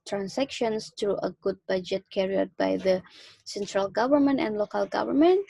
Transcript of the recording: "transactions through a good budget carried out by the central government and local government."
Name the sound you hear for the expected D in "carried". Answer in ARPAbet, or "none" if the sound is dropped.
none